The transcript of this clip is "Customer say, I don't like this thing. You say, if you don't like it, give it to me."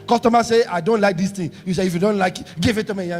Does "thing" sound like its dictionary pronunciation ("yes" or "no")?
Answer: no